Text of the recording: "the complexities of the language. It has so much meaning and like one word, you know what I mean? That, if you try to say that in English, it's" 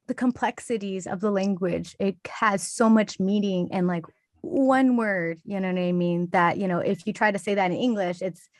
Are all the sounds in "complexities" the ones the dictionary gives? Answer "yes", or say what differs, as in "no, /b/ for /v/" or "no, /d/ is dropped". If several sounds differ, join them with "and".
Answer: yes